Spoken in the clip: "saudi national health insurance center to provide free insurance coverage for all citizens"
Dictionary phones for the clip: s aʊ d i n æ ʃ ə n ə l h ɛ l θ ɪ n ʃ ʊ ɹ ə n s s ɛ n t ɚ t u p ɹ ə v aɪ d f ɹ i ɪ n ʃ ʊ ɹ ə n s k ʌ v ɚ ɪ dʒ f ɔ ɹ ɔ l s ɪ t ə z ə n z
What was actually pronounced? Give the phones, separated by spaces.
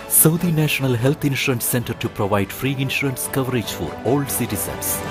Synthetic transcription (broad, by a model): s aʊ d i n æ ʃ ə n ə l h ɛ l t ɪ n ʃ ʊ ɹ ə n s s ɛ n t ɚ t u p ɹ ə v aɪ d f ɹ i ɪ n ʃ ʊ ɹ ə n s k ʌ v ɚ ɪ dʒ f ɔ ɹ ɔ l s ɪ t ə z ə n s